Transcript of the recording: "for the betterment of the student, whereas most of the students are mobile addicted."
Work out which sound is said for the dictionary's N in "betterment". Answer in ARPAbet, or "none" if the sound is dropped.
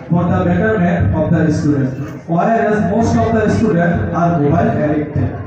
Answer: none